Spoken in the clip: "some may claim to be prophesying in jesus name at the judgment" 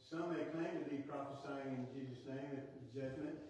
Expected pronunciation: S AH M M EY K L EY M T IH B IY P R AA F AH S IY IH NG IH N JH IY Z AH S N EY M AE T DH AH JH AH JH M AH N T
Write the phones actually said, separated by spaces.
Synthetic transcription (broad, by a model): S AH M M EY K L EY M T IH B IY P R AA F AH S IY IH NG IH N JH IY Z AH S N EY M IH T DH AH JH AH JH M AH N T